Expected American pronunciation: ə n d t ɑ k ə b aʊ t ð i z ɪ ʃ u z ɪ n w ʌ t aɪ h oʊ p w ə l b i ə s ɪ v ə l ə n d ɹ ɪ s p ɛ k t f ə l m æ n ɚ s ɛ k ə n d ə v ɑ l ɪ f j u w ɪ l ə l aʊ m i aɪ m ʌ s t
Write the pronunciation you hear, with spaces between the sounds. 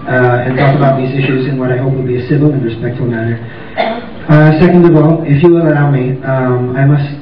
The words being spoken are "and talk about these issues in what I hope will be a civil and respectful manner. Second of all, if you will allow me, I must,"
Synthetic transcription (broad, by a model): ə n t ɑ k ə b aʊ t ð i z ɪ ʃ u z ɪ n w ʌ t aɪ h oʊ p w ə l b i ə s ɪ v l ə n ɹ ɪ s p ɛ k t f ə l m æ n ɚ s ɛ k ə n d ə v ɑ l ɪ f j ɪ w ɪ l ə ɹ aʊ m i aɪ m ʌ s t